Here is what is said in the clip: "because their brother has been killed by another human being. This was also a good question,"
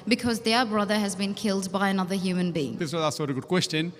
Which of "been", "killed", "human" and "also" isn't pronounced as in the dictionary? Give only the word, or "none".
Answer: also